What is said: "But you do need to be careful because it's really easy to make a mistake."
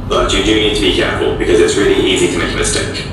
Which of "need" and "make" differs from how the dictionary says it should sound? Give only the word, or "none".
make